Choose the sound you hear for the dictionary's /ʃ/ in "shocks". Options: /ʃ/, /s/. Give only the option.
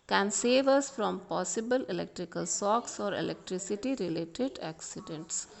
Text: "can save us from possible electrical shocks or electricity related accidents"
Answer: /s/